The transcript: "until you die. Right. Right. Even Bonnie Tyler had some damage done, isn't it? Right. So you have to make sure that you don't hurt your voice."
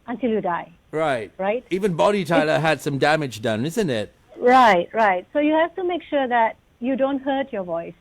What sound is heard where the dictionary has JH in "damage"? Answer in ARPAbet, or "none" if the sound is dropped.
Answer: JH